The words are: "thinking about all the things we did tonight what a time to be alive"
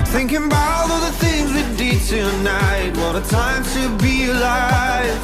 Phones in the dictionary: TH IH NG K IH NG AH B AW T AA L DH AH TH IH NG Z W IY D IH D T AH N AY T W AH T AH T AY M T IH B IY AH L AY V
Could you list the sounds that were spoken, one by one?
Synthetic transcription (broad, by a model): TH IH NG K IH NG B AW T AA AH DH AH TH IH NG Z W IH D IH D T AH N AY T W AH T AH T AY M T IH B IY L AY